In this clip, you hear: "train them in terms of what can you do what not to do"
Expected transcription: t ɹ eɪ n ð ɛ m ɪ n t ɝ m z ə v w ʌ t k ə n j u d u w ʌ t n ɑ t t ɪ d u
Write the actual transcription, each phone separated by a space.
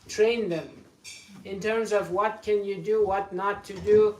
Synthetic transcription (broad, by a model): t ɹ eɪ n ð ɛ m ɪ n t ɝ m z ə v w ʌ t k ə n j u d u w ʌ t n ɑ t t ɪ d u